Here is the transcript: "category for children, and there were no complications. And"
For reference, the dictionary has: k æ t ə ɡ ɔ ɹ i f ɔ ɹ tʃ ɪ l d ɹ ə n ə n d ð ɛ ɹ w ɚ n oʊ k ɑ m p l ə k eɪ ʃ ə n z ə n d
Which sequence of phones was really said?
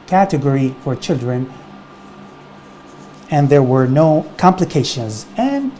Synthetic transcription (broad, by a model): k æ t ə ɡ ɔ ɹ i f ɔ ɹ tʃ ɪ l d ɹ ə n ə n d ð ɛ ɹ w ɚ n oʊ k ɑ m p l ə k eɪ ʃ ə n z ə n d